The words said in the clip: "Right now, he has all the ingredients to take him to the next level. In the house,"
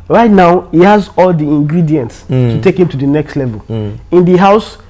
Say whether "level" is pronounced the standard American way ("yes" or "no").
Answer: yes